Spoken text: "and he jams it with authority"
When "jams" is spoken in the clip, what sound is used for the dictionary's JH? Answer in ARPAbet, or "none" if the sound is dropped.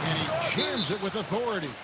CH